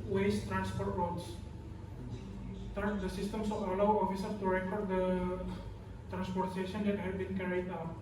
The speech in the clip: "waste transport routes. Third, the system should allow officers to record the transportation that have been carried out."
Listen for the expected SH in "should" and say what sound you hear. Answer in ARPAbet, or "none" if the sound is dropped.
S